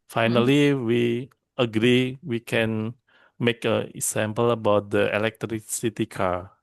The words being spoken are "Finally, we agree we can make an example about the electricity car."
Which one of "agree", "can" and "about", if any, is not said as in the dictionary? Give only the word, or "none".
none